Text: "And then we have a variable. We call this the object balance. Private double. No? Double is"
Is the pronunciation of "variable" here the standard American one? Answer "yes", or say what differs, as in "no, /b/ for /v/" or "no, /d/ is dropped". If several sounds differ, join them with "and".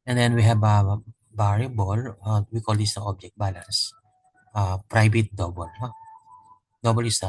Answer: no, /b/ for /v/